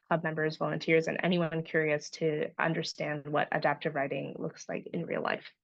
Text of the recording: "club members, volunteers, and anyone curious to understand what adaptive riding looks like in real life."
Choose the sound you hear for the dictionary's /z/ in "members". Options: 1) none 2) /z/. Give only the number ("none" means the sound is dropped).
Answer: 2